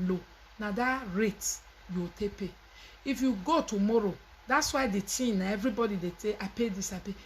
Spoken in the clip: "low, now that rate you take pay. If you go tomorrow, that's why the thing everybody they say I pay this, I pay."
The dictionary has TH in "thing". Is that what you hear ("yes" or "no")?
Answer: no